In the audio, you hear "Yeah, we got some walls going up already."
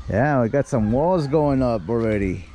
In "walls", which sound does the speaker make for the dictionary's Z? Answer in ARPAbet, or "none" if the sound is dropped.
Z